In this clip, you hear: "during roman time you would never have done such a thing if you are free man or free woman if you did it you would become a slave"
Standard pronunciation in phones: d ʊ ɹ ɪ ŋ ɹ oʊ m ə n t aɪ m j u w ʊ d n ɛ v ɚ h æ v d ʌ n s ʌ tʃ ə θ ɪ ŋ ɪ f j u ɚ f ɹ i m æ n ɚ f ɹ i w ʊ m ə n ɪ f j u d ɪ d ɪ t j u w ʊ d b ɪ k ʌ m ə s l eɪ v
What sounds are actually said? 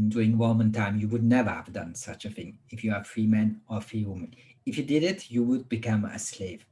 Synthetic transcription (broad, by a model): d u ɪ ŋ w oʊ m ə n t aɪ m j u w ʊ d n ɛ v ɚ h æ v d ʌ n s ʌ tʃ ə θ ɪ ŋ ɪ f j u ɚ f ɹ i m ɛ n ɚ f ɹ i w ʊ m ə n ɪ f j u d ɪ d ɪ t j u w ʊ d b ɪ k ʌ m ə s l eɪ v